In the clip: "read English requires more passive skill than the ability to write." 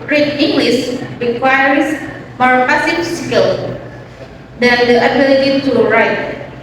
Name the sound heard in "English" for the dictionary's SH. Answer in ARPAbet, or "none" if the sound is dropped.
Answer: S